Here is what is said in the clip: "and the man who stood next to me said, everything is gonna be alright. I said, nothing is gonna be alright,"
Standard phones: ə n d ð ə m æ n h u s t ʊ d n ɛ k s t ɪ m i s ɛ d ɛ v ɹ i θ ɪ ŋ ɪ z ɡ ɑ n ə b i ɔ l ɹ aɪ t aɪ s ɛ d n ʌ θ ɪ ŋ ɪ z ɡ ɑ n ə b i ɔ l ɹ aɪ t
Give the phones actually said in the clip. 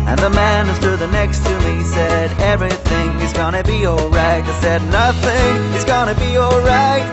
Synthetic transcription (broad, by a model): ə n ð ə m æ n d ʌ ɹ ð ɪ n ɛ k s t ɪ m i s ɛ d ɛ v ɹ i θ ɪ ŋ ɪ z ɡ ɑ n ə b i ɔ l ɹ aɪ t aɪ s ɛ d n ʌ θ ɪ ŋ ɪ z ɡ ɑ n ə b i ɔ l ɹ aɪ t